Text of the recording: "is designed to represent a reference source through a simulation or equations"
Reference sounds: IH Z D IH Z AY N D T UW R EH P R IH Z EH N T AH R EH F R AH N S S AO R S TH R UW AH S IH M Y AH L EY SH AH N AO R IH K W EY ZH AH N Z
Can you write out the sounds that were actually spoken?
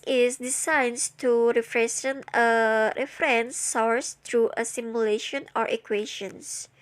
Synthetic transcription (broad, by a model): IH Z D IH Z AY N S T UW R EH F R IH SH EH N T AH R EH F R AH N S S AO R S T R UW AH S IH M Y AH L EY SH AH N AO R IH K W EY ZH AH N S